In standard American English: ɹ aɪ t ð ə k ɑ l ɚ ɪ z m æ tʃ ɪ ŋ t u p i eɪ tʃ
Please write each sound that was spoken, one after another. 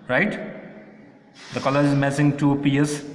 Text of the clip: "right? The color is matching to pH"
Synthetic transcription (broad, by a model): ɹ aɪ t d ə k ɑ l ɚ ɪ z m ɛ s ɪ ŋ t u p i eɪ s